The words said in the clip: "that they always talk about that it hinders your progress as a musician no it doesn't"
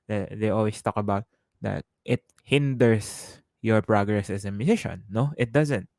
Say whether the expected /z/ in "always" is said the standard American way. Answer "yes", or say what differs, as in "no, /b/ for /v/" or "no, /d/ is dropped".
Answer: no, /s/ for /z/